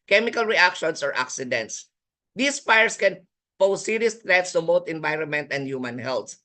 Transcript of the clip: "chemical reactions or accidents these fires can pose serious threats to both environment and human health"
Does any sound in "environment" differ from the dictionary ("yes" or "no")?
no